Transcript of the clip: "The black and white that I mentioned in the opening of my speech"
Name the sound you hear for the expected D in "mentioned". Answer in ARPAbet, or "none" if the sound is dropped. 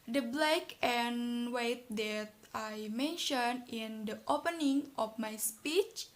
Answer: none